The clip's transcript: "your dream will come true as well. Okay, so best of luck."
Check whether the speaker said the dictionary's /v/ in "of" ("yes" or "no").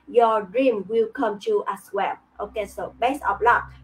no